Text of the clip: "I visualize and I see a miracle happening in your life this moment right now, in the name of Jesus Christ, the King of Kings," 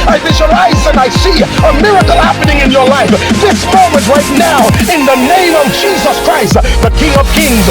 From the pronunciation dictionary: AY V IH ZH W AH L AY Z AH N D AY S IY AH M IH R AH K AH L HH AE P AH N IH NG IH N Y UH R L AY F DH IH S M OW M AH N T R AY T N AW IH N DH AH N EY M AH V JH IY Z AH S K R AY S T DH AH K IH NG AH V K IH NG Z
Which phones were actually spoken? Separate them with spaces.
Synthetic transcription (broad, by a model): AY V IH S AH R AY Z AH N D AY S IY AH M IH R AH K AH L HH AE P AH N IH NG IH N Y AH R L AY F DH IH S M OW M AH N T R AY T N AW IH N DH AH N EY M AH V JH IY Z AH S K R AY S T DH AH K IH NG AH V K IH NG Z